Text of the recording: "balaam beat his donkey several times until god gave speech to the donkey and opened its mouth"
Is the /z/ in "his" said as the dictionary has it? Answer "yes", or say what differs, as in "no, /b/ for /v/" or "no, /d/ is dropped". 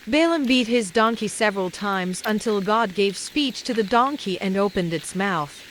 yes